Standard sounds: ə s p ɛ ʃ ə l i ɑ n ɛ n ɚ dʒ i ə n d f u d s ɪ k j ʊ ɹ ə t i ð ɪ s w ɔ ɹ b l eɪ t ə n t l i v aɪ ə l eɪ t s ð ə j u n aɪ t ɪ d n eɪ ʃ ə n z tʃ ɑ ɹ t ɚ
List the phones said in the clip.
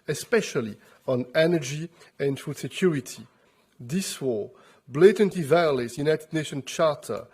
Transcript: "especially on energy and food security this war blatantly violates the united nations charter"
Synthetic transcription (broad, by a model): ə s p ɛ ʃ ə l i ɑ n ɛ n ɚ dʒ i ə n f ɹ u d s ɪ k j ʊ ɹ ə t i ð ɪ s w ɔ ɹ b l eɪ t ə n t i v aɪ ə l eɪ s j u n aɪ t ɪ d n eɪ ʃ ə n tʃ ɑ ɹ t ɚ